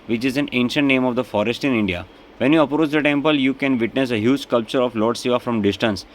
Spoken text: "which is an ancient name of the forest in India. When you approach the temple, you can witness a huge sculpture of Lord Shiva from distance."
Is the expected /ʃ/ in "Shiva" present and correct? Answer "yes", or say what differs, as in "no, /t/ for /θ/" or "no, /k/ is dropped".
no, /s/ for /ʃ/